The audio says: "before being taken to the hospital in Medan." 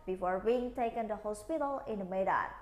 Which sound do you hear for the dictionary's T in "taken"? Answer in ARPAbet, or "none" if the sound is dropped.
T